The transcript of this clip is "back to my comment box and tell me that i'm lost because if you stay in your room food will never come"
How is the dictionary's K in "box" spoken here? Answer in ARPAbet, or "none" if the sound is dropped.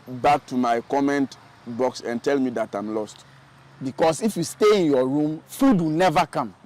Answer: K